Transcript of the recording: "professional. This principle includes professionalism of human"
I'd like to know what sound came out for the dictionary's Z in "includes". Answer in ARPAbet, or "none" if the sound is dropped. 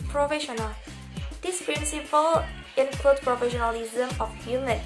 none